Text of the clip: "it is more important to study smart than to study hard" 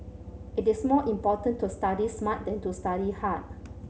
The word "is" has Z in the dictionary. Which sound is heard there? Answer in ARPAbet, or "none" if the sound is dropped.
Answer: S